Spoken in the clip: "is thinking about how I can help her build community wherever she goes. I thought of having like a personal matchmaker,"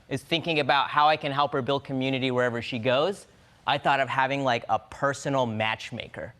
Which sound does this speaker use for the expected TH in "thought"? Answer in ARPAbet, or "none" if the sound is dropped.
TH